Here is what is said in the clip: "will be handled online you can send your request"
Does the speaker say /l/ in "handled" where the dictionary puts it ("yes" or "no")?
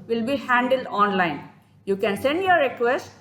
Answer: yes